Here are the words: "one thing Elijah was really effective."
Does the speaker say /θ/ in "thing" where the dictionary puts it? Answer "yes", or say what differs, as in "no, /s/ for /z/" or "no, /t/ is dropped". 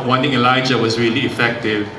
no, /t/ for /θ/